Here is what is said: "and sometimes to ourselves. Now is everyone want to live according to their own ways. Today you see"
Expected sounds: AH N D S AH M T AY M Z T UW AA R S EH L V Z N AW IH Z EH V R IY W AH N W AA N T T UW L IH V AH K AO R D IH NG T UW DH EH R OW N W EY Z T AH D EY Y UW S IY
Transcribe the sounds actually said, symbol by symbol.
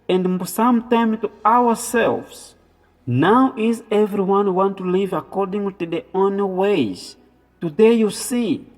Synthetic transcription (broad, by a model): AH N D S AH M T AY M T UW AA W S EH L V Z N AW IH Z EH V R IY W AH N W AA N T T UW L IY V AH K AO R D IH NG T UW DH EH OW N W EY Z T AH D EY Y UW S IY